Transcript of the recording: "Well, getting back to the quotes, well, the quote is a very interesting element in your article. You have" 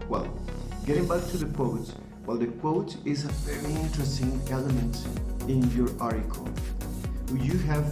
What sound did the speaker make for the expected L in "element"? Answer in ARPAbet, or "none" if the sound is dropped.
L